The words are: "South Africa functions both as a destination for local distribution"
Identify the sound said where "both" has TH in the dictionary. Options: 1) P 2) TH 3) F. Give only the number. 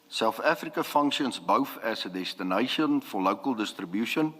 3